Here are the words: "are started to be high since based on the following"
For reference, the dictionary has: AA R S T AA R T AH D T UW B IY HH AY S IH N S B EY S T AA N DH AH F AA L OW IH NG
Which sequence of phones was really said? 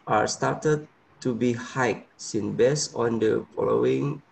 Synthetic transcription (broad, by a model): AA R S T AA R T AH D T UW B IY HH AY S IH N B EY S AA N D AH F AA L OW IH NG